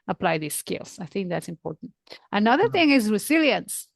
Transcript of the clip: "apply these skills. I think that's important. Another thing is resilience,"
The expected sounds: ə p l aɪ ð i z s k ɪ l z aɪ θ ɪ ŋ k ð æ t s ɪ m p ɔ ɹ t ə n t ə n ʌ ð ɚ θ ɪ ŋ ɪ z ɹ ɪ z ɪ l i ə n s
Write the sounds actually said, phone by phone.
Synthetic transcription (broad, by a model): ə p l aɪ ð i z s k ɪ l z aɪ θ ɪ ŋ k ð æ t s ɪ m p ɔ ɹ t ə n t ə n ʌ ð ɚ θ ɪ ŋ ɪ z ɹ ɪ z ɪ l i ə n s